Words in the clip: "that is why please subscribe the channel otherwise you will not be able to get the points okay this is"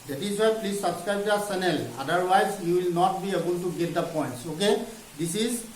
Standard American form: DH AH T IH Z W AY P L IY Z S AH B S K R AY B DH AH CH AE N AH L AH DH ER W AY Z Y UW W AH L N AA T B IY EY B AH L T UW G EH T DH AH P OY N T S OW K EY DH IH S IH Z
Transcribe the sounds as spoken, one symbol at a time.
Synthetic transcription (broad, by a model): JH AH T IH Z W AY P L IY Z S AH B S K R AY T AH S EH N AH L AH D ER W AY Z Y UW W AH L N AA T B IY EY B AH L T UW G EH T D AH P OY N T S OW K EY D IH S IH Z